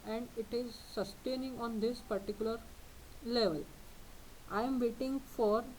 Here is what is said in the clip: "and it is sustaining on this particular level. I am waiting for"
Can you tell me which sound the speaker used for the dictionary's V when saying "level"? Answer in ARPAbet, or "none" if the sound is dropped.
V